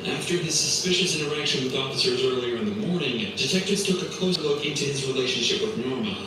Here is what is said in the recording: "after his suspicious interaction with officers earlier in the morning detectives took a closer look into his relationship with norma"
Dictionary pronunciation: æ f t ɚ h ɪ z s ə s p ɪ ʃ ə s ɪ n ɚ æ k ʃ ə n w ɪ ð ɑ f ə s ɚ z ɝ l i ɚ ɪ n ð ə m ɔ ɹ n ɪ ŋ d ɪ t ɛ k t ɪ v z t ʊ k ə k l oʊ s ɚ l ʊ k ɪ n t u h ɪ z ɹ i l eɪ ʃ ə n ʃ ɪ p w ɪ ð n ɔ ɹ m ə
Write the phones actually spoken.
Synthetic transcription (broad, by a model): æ f t ɚ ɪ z s ə s p ɪ ʃ ə s ɪ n ɚ æ k ʃ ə n w ɪ ð ɑ f ə s ɚ z ɝ l i ɚ ɪ n ð ə m ɔ ɹ n ɪ ŋ d ɪ t ɛ k t ɪ v z t ʊ k ə k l oʊ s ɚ l ʊ k ɪ n t u ɪ z ɹ i l eɪ ʃ ə n ʃ ɪ p w ɪ ð n ɔ ɹ m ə